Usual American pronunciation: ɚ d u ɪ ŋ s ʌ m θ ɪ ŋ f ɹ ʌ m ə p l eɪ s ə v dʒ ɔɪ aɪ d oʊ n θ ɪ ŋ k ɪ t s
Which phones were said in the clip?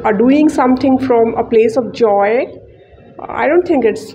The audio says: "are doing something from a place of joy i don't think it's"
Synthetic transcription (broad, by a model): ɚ d u ɪ ŋ s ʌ m t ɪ ŋ f ɹ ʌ m ə p l eɪ s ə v dʒ ɔɪ aɪ d oʊ n t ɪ ŋ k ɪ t s